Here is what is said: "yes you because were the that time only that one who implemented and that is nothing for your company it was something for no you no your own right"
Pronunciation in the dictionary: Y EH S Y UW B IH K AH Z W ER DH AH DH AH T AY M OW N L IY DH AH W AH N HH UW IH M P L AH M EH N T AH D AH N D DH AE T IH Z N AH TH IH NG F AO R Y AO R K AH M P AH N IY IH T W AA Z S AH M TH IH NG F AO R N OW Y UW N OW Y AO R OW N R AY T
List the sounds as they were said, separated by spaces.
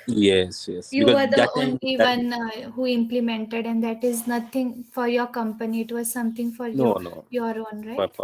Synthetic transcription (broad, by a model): Y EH S Y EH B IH AH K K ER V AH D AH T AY OW N L IY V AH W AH N HH UW IH M P L AH M EH N T AH D AH N D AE T IH Z N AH T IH NG F AO R Y AO R K AH M P AH N IY IH T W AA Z S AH M T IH NG F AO R N OW N OW Y AO R OW N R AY